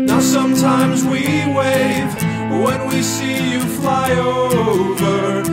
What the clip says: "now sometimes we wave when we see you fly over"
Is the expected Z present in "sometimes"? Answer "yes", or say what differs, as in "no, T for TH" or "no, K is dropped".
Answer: yes